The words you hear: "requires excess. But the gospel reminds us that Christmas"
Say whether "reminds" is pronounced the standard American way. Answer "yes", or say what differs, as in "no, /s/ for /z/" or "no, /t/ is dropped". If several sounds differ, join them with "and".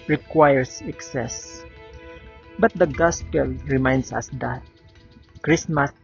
no, /s/ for /z/